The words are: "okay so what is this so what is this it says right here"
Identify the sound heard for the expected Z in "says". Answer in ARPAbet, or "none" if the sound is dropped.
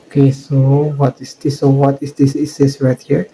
S